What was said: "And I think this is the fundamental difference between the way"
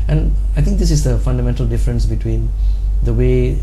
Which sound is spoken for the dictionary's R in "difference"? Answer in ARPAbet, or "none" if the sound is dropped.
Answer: R